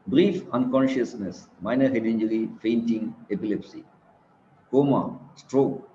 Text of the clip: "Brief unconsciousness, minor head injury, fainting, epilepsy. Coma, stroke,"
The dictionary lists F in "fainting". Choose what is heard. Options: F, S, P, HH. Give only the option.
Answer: F